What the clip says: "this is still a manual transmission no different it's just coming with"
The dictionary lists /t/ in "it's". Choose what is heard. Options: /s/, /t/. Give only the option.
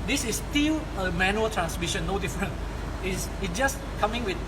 /s/